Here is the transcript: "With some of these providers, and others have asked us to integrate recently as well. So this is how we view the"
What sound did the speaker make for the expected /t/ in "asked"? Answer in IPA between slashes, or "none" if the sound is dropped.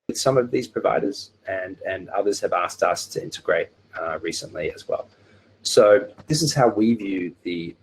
/t/